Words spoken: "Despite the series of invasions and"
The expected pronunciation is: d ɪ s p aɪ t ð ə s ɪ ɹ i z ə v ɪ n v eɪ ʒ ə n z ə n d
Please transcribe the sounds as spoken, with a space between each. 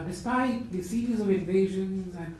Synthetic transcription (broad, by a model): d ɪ s p aɪ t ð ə s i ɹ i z ə v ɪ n v eɪ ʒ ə n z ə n